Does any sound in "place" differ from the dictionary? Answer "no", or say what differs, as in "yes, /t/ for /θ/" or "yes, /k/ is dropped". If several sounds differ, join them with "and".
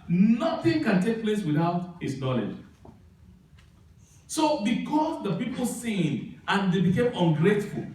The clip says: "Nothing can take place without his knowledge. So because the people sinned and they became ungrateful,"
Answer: no